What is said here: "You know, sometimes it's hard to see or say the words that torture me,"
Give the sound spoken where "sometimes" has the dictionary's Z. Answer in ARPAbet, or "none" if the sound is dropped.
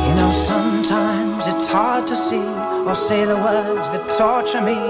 Z